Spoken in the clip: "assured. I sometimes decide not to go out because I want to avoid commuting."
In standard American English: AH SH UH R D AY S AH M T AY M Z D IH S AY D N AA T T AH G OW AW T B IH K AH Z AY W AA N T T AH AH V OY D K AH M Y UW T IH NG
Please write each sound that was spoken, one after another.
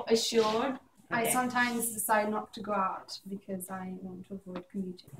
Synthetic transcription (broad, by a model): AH SH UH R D AY S AH M T AY M Z D IH S AY D N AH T T AH G OW AW T B IH K AH Z AY W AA N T T AH AH V OY D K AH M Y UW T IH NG